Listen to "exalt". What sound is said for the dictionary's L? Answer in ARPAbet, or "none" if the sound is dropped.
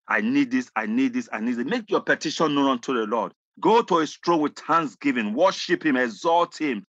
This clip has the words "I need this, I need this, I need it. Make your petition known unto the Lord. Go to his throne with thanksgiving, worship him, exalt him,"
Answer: L